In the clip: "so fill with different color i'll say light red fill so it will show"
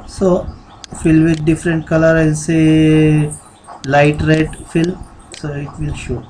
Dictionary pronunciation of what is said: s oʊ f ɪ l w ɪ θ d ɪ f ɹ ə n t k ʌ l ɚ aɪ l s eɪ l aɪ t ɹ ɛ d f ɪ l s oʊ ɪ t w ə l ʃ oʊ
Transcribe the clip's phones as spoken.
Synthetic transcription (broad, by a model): s oʊ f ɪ l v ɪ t d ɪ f ɹ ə n t k ʌ l ɚ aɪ n s eɪ l aɪ t ɹ ɛ d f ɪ l s oʊ ɪ t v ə l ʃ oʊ